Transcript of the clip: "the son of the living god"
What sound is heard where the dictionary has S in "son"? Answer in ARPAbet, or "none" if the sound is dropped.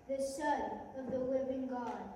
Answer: SH